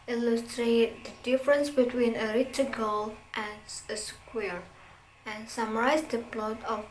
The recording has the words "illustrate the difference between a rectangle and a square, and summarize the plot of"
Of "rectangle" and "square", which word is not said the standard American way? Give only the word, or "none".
rectangle